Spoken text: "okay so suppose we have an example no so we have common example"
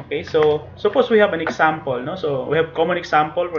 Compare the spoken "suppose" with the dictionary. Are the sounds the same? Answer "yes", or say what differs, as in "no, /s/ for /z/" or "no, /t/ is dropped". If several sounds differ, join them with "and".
no, /s/ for /z/